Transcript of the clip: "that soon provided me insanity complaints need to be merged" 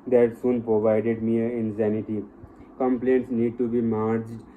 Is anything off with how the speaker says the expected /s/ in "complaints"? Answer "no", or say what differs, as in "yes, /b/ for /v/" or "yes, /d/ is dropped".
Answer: no